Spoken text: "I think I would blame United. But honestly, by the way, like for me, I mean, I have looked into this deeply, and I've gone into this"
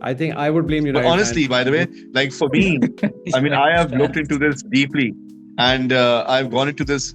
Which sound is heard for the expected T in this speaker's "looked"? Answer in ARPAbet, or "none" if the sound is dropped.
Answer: T